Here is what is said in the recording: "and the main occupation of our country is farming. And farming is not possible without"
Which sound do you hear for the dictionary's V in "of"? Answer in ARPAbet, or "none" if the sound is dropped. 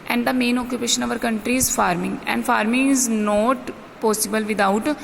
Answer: V